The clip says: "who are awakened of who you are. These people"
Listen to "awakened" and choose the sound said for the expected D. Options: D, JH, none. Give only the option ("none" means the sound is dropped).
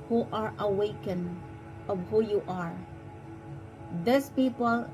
none